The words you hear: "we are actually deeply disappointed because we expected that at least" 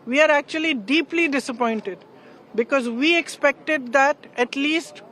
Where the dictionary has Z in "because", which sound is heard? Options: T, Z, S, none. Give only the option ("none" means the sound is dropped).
Z